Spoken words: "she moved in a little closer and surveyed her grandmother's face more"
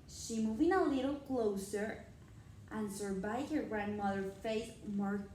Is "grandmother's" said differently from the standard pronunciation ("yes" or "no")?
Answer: yes